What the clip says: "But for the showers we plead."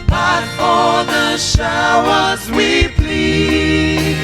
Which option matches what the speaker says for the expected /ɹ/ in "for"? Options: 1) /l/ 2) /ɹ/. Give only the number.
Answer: 1